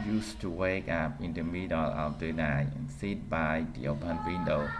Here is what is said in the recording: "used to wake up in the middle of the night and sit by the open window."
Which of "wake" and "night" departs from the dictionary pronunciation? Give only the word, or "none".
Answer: night